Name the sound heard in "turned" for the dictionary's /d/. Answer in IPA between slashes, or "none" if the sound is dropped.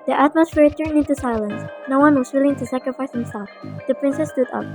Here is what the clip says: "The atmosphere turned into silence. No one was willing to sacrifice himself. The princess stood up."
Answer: none